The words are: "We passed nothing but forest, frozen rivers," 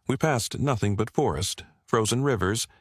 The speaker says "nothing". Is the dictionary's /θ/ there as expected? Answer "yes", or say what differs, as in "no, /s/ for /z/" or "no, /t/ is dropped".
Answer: yes